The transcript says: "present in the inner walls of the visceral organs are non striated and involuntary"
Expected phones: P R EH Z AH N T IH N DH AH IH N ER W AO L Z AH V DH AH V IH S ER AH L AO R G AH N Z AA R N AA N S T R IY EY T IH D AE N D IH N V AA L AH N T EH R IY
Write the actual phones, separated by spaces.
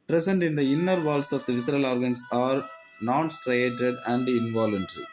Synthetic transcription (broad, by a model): P R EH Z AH N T IH N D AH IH N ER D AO L S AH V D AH V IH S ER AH L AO R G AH N S AA R N AA N S T R IY EY T IH D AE N D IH N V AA L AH N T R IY